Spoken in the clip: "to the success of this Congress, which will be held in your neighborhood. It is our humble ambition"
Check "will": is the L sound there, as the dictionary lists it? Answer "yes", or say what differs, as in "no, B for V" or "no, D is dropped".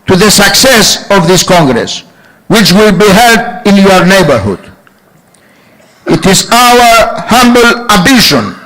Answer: yes